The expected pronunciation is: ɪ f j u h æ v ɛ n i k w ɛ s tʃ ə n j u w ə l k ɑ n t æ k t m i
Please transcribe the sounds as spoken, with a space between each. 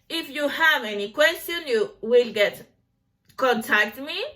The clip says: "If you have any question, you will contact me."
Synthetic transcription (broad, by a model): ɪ f j u h æ v ɛ n i k w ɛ s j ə n j u w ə l k ɑ n t æ k t m i